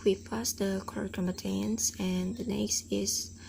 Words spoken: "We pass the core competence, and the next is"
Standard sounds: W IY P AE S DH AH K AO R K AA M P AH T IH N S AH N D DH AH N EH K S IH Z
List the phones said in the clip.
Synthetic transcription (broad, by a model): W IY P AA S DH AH K AO R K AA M AH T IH N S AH N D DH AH N EH K S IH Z